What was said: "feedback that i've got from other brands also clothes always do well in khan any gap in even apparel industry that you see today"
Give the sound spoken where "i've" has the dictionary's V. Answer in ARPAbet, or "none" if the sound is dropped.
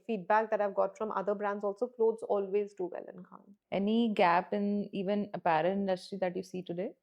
V